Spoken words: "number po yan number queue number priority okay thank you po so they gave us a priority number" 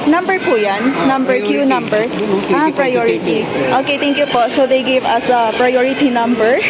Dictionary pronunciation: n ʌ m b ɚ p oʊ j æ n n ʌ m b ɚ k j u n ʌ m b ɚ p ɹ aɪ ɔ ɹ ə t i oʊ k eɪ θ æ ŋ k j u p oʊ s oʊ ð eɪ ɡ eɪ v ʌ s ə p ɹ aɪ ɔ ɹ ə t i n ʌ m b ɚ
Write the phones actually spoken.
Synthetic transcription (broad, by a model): n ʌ m b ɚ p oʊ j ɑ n n ʌ m b ɚ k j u n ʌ m b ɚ p ɹ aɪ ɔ ɹ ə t i oʊ k eɪ t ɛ ŋ k j u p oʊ s oʊ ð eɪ ɡ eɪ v ʌ s ə p ɹ aɪ ɔ ɹ ə t i n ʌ m b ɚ